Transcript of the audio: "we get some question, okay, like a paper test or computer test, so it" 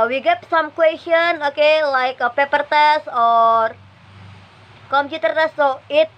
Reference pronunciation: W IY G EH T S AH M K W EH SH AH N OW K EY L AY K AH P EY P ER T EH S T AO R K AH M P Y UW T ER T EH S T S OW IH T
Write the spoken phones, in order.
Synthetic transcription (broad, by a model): W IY G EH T S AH M K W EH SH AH N OW K EY L AY K AH P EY P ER T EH S AO R K AH M P Y UW T ER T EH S S OW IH T